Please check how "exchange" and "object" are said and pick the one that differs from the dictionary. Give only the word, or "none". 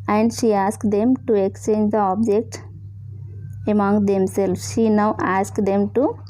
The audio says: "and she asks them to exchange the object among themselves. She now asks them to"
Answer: none